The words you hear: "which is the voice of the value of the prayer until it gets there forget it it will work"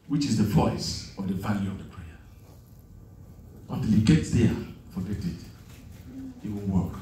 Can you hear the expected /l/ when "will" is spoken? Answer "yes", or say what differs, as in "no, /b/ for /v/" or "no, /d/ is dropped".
no, /n/ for /l/